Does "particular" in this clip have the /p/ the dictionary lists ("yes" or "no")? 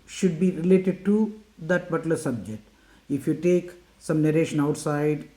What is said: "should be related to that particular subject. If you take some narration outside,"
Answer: no